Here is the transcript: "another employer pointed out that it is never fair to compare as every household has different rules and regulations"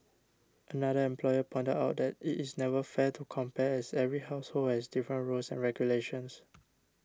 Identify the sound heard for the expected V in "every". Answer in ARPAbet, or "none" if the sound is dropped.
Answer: V